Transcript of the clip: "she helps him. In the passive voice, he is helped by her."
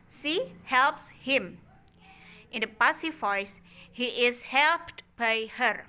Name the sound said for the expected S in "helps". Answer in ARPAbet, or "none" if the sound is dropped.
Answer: S